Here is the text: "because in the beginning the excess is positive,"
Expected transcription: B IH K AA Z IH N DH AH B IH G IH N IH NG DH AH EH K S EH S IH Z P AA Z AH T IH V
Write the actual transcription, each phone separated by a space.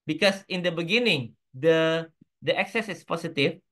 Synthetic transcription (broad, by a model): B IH K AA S IH N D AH B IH G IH N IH NG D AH EH K S EH S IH S P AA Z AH T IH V